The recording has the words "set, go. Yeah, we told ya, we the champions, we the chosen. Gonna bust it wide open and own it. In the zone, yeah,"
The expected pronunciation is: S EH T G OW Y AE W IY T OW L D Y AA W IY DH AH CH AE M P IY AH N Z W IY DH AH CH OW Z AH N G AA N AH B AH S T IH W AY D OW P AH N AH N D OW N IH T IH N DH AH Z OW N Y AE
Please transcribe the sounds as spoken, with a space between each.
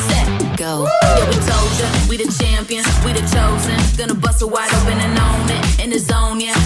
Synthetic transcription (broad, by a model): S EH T G OW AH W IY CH OW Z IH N W IY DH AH CH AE M P IY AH N W IY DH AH CH OW Z AH N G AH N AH B AH S IH W AY D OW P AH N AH N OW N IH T IH N DH AH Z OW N Y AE